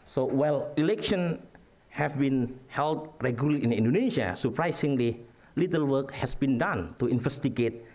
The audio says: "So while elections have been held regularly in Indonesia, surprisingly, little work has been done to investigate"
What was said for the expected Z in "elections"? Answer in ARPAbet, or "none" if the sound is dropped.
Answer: none